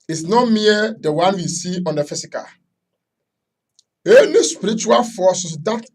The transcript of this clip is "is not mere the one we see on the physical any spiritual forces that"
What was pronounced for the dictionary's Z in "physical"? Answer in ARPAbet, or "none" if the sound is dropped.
S